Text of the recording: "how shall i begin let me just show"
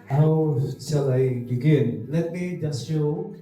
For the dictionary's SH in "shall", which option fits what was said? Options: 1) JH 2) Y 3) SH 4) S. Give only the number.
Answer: 4